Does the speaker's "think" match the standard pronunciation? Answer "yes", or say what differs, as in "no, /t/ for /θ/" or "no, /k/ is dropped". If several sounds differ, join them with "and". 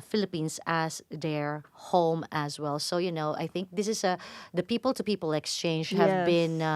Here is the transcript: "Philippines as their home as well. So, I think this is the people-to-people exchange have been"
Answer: yes